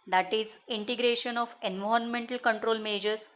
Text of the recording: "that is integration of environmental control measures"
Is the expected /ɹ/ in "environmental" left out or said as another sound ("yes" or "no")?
yes